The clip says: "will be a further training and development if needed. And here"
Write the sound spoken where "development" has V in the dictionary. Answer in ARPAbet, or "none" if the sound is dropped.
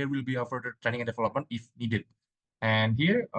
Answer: F